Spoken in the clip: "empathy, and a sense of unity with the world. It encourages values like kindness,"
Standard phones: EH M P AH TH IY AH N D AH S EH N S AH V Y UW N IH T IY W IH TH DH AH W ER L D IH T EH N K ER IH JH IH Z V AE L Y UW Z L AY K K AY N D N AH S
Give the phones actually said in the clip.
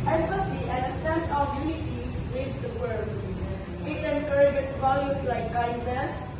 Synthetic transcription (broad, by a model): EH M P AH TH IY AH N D AH S EH N S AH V Y UW N IH T IY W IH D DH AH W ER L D IH T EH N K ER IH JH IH S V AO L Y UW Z L AY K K AY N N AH S